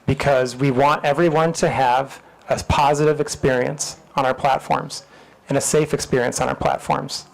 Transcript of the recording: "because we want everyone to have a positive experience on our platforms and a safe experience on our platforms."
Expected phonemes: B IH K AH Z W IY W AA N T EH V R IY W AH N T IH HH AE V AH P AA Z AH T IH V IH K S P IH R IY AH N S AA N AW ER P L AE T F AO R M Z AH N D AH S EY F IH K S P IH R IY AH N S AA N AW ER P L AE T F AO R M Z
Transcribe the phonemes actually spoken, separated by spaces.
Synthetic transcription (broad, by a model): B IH K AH Z W IY W AA N T EH V R IY W AH N T IH V AH P AA Z AH T IH V IH K S P IH R IY AH N S N AW ER P L AE T F AO R M Z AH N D AH S EY F IH K S P IH R IY AH N S N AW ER P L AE T F AO R M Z